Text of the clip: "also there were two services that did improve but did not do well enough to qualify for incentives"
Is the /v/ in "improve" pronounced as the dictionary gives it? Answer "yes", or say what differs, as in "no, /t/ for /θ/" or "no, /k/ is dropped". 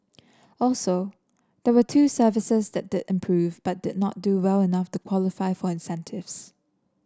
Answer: yes